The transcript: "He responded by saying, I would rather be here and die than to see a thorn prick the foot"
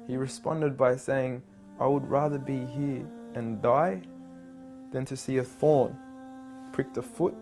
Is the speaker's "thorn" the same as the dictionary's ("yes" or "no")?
yes